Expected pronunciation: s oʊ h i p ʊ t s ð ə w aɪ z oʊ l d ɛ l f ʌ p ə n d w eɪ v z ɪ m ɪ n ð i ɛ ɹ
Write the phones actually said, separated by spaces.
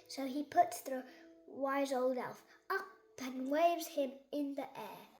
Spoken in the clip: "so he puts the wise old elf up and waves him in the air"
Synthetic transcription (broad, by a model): s oʊ i p ʊ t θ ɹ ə w aɪ z oʊ l d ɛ l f ʌ p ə n w eɪ v z ɪ m ɪ n ð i ɛ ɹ